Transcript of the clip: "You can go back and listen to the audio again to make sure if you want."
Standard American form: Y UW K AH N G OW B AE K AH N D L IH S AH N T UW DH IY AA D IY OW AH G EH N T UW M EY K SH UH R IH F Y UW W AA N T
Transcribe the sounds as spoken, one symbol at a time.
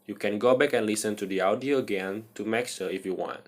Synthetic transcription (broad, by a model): Y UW K AH N G OW B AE K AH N L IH S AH N T UW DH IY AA D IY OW AH G EH N T UW M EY K S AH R IH F Y UW W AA N T